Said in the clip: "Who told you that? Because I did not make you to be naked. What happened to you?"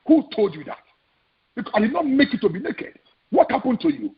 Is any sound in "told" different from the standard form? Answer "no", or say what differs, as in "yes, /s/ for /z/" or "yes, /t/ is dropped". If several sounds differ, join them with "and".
no